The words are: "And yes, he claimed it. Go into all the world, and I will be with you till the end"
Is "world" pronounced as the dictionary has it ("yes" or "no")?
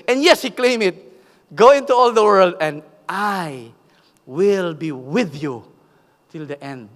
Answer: yes